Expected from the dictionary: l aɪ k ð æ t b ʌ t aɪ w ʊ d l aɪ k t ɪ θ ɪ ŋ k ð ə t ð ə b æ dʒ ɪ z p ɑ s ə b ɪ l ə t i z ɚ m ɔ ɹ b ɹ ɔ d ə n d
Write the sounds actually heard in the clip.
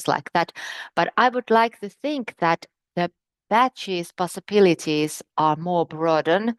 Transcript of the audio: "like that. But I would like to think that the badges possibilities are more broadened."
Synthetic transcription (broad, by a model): l aɪ k ð æ t b ʌ t aɪ w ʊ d l aɪ k t ɪ θ ɪ ŋ k ð ə t ð ə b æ tʃ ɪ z p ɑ s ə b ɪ l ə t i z ɚ m ɔ ɹ b ɹ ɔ d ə n